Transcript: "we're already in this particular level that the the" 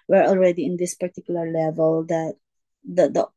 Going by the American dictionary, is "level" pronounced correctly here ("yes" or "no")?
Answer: yes